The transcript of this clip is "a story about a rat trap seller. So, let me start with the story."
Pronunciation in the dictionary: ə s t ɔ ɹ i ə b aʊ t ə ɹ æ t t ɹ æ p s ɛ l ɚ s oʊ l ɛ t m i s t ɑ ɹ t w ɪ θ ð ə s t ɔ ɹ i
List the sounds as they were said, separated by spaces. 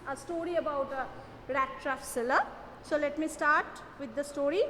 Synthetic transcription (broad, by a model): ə s t ɔ ɹ i ə b aʊ t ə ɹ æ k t ɹ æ f s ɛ l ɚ s oʊ l ɛ t m i s t ɑ ɹ t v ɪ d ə s t ɔ ɹ i